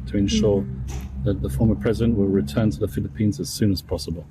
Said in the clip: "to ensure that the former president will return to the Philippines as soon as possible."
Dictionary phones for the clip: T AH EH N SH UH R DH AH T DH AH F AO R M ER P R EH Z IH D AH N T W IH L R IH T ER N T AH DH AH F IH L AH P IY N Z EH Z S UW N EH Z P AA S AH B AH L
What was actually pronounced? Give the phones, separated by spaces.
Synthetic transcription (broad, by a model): T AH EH N SH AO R DH AH T DH AH F AO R M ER P R EH Z IH D AH N T W IH L R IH T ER N T AH DH AH F IH L AH P IY N Z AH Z S UW N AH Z P AA S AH B AH L